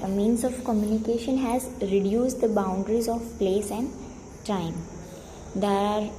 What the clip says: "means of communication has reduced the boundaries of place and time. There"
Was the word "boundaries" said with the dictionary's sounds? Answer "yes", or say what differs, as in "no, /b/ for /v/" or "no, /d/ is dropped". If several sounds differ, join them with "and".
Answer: yes